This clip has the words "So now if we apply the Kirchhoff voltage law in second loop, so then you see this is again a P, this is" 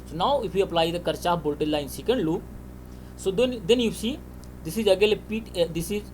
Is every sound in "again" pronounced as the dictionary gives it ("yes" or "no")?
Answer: no